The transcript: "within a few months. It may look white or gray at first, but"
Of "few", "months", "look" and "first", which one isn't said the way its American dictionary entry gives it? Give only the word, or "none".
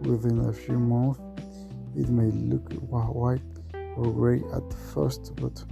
months